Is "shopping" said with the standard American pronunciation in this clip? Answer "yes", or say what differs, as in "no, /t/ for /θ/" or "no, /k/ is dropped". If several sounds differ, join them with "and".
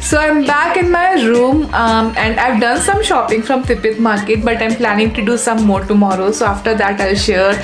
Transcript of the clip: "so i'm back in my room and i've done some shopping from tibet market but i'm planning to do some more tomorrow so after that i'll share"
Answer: yes